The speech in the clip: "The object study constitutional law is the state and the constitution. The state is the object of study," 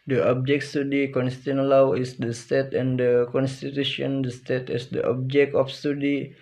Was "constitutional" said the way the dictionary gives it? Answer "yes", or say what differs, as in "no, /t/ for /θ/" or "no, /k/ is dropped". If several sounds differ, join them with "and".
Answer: no, /ʃ/ is dropped